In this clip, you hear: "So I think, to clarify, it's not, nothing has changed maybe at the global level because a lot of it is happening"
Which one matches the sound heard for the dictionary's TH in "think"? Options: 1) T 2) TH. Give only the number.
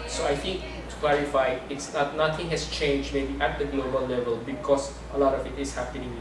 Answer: 1